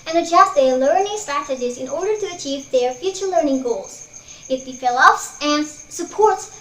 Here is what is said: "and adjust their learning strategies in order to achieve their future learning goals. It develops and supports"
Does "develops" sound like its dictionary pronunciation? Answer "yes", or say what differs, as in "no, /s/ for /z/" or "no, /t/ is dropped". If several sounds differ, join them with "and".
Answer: no, /f/ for /v/